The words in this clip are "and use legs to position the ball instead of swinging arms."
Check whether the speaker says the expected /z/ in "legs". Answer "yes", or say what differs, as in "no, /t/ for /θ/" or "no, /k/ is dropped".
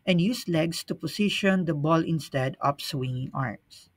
no, /s/ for /z/